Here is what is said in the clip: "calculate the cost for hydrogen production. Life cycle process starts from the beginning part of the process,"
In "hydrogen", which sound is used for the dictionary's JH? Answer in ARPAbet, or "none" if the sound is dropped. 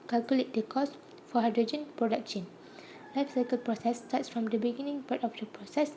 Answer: JH